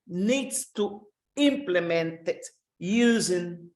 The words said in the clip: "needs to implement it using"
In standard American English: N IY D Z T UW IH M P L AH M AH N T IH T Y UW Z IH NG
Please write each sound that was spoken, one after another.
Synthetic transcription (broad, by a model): N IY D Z T UW IH M P L AH M AH N T IH T Y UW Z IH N